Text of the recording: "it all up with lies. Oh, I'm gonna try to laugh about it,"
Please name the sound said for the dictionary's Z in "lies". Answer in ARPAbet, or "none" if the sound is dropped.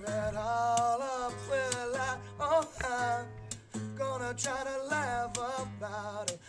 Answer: none